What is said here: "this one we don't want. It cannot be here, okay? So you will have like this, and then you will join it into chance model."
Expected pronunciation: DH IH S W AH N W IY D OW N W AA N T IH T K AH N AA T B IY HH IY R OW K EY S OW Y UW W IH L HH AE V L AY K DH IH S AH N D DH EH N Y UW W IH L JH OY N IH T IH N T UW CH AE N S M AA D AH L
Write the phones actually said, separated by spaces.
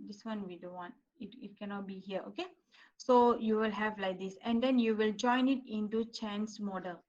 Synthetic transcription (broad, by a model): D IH S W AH N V IY D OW N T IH T IH T K AH N AA T B IY HH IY R OW K EY S OW Y UW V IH L HH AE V L AY K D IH S AH N D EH N Y UW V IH L JH OY N IH T IH N T UW CH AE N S M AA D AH L